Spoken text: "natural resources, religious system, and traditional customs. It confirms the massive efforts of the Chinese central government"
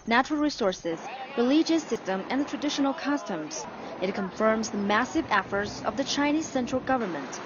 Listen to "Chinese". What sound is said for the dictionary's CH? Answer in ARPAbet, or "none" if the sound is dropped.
CH